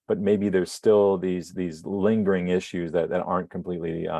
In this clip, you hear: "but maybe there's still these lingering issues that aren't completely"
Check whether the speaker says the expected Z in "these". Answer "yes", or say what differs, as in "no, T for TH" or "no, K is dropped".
yes